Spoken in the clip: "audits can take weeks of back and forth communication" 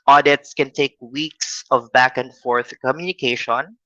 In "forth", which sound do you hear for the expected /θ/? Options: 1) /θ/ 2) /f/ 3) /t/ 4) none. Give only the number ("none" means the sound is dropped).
1